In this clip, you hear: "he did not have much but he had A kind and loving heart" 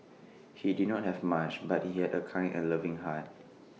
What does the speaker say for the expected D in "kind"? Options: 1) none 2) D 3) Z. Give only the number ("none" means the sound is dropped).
1